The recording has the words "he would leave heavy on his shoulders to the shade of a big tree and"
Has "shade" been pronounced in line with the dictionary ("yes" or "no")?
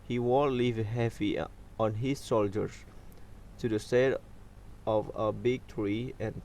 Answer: no